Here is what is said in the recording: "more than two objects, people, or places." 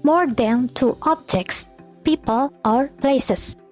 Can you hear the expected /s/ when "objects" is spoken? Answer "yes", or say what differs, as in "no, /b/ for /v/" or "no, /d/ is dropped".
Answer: yes